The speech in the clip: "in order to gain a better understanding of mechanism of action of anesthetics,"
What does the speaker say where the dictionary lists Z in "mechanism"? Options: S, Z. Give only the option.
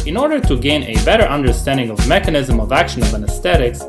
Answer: Z